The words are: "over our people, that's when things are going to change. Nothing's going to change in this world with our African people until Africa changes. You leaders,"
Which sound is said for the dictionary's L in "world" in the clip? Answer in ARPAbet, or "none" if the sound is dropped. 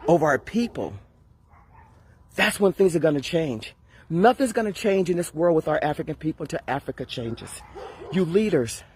L